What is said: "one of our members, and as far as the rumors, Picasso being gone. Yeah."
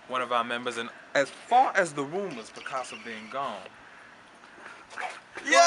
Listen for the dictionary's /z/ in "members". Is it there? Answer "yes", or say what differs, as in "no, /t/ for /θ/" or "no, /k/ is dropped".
yes